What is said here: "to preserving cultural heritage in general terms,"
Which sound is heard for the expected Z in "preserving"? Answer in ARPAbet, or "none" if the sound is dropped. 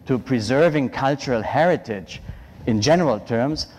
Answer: Z